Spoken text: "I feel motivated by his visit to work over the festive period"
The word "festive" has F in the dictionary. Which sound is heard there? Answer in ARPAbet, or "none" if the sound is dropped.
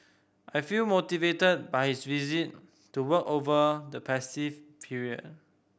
P